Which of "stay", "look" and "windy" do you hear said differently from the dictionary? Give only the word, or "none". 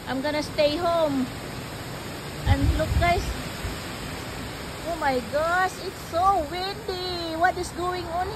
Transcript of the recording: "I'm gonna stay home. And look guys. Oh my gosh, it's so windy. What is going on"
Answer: windy